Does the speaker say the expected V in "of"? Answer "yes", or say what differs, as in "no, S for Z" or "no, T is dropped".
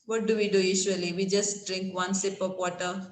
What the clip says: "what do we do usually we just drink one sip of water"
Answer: no, P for V